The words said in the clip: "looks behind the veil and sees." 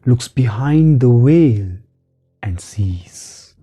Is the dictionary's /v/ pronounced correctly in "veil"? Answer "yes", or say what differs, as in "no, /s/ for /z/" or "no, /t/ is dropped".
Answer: no, /w/ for /v/